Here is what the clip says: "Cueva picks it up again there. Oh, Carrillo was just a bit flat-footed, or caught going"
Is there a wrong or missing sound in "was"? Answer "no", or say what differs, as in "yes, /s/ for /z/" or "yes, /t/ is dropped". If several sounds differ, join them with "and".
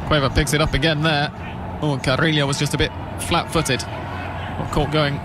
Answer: no